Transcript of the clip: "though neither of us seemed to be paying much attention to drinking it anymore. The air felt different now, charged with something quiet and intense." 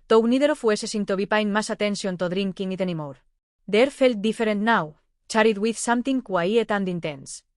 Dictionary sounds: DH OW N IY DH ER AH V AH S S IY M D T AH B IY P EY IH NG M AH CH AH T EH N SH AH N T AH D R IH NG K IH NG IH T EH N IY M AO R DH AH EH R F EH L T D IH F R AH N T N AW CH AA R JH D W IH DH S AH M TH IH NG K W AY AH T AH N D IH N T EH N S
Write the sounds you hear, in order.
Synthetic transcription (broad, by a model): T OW N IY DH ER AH F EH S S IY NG T AH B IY P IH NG M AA S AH T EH N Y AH N T AH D R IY NG K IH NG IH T EH N IY M AO R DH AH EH R F EH L T D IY F R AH N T N AW CH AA R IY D W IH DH S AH M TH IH NG K W AY AH T AH N D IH N T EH N S